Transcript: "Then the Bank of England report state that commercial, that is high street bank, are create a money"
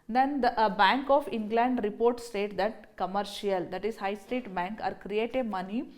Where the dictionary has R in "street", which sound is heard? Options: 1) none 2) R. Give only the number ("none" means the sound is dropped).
1